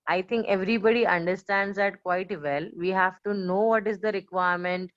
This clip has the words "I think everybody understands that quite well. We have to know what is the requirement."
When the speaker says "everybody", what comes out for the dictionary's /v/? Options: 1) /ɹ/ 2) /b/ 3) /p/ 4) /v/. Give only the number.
4